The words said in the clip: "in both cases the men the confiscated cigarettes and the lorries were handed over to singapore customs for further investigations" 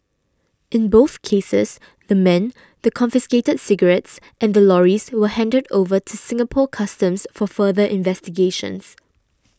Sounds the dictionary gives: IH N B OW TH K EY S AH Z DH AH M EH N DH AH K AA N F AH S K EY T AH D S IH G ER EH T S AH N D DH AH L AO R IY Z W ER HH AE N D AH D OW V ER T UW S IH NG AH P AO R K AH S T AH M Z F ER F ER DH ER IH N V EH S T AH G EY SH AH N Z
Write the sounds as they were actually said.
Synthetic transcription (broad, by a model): IH N B OW TH K EY S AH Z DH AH M EH N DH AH K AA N F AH S K EY T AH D S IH G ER EH T S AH N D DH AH L AO R IY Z W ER HH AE N D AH D OW V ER T UW S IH NG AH P AO K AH S T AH M S F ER F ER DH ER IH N V EH S T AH G EY SH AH N S